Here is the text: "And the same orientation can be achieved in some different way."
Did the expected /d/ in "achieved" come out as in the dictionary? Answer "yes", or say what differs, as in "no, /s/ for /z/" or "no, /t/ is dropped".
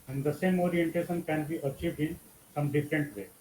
yes